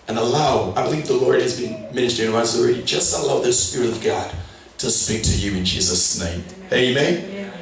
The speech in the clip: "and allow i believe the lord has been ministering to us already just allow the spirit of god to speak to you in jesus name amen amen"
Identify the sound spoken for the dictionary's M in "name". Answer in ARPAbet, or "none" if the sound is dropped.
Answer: none